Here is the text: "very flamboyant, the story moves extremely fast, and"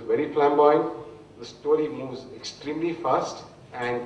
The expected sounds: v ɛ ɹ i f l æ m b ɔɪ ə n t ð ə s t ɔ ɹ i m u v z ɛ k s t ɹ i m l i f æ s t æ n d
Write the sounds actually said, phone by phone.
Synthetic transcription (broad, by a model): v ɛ ɹ i p l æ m b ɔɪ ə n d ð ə s t ɔ ɹ i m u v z ɛ k s t ɹ i m l i f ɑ s t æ n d